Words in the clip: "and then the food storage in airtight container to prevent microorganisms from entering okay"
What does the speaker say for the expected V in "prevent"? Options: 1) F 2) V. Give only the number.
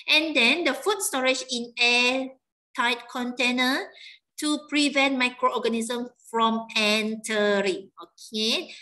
2